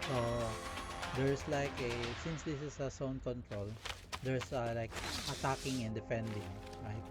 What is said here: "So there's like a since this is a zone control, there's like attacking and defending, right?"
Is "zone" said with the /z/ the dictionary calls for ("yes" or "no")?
no